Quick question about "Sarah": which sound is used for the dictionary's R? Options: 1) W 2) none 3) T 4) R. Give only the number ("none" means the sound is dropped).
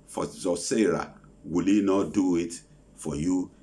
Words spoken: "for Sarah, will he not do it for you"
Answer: 4